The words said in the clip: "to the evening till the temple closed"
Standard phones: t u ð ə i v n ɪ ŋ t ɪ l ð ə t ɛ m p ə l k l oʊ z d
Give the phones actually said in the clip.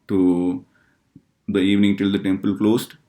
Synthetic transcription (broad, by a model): t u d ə i v n ɪ ŋ t ɪ l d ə t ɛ m p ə l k l oʊ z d